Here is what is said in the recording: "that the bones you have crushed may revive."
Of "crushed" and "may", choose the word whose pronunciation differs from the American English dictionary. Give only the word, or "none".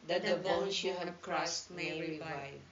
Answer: crushed